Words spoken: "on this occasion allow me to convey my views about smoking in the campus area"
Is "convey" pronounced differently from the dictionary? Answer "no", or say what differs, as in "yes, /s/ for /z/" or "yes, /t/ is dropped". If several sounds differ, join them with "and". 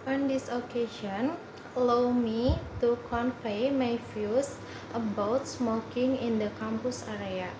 yes, /p/ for /v/